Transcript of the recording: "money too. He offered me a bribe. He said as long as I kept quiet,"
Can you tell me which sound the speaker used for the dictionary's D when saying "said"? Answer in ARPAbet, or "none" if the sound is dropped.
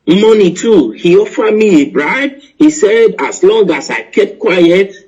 D